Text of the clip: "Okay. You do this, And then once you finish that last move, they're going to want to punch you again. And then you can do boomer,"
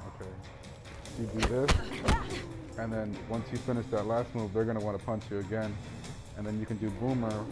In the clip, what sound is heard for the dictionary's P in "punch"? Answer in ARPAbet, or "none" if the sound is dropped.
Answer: P